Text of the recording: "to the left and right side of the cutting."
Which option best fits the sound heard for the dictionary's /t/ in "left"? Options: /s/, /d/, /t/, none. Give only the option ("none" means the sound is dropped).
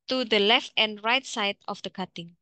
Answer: /t/